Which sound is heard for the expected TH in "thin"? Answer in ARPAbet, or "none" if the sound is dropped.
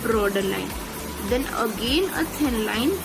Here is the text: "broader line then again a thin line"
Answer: S